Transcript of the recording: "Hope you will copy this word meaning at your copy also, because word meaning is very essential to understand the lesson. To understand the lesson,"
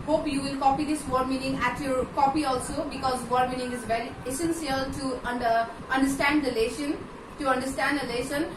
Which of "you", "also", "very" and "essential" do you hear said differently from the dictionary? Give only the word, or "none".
essential